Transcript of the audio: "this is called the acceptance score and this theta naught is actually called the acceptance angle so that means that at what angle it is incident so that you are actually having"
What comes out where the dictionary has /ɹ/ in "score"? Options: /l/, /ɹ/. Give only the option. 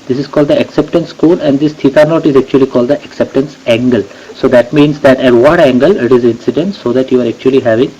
/l/